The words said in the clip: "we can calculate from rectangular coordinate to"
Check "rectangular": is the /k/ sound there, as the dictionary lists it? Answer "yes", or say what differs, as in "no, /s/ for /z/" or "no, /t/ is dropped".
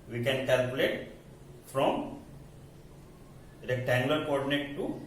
no, /k/ is dropped